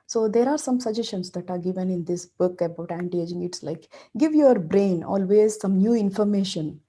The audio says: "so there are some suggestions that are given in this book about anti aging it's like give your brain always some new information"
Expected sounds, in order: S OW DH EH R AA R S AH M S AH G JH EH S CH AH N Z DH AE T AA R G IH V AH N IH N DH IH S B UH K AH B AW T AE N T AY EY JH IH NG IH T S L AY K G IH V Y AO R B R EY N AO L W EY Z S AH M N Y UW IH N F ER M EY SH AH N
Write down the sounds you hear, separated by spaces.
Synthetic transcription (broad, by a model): S OW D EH R AA R S AH M S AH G JH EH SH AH N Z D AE T AA R G IH V AH N IH N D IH S B UH K AH B AW T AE N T EY JH IH NG IH T S L AY K G IH V Y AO R B R EY N AO L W EY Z S AH M N Y UW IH N F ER M EY SH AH N